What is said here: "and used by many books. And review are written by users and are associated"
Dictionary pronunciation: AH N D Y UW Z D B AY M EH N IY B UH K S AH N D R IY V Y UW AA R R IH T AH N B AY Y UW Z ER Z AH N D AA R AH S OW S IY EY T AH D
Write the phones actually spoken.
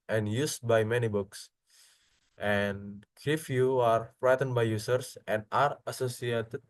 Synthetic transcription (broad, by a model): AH N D Y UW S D B AY M EH N IY B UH K S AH N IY F Y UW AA R R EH T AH N B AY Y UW S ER S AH N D AA R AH S OW S IY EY T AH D